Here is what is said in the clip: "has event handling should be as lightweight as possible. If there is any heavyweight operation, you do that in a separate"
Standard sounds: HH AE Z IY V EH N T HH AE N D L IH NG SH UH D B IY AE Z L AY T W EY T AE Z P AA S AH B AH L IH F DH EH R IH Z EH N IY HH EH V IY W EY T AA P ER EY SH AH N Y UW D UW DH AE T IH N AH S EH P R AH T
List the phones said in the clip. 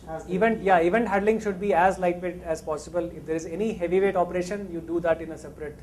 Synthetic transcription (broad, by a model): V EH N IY V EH N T HH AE D L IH NG SH UH D B IY AE Z L AY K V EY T AE Z P AA S AH B AH L IH F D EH R IH Z EH N IY HH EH V IY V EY T AA P ER EY SH AH N Y UW D UW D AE T IH N AH S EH P R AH T